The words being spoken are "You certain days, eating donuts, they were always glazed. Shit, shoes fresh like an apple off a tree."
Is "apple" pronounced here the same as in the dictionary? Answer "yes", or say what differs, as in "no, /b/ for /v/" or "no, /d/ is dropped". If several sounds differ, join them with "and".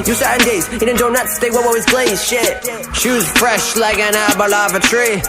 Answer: no, /b/ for /p/